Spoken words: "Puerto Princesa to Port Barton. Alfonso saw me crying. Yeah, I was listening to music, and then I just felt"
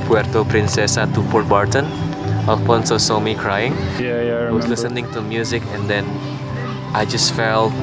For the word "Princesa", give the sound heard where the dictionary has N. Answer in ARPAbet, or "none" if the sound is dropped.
N